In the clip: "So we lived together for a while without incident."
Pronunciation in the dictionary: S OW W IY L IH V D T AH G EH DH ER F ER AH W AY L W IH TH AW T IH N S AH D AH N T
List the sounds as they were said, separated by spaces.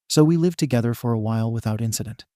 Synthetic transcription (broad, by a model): S OW W IY L IH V T AH G EH DH ER F ER AH W AY L W IH TH AW T IH N S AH D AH N T